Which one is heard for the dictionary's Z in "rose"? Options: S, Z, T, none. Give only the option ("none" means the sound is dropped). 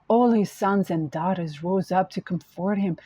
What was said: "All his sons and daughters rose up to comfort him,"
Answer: Z